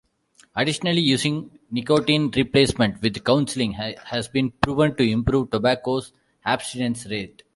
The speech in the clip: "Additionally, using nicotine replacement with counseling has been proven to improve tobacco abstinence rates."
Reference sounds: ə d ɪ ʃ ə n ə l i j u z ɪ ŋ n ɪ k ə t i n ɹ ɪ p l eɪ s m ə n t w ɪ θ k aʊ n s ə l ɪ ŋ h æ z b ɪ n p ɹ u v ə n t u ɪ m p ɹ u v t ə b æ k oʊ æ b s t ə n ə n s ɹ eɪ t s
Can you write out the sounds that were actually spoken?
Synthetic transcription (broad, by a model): ə d ɪ ʃ ə n ə l i j u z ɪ ŋ n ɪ k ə t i n ɹ ɪ p l eɪ s m ə n t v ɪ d k aʊ n s ə l ɪ ŋ h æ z b ɪ n p ɹ u v ə n t u ɪ m p ɹ u v t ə b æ k oʊ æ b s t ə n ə n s ɹ eɪ t